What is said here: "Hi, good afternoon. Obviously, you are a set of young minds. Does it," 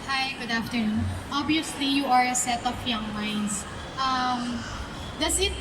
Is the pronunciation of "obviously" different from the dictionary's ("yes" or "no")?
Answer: yes